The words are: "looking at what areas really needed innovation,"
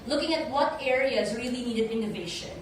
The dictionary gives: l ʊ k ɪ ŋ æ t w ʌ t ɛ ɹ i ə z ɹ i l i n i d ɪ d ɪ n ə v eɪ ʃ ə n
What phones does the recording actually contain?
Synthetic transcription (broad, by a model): l ʊ k ɪ ŋ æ t w ʌ t ɛ ɹ i ə z ɹ i l i n i d ɪ d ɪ n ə v eɪ ʃ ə n